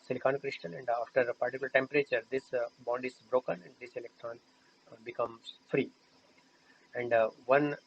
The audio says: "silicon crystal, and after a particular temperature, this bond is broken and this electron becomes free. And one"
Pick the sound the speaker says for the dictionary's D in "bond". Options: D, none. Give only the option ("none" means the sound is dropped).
D